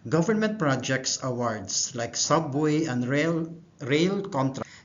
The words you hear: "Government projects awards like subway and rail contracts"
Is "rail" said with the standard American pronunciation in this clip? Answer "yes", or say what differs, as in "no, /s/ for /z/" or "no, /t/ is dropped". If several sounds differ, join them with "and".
yes